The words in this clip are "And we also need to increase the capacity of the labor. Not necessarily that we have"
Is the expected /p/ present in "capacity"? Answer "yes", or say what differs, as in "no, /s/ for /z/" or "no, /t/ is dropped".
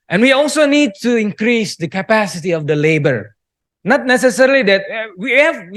yes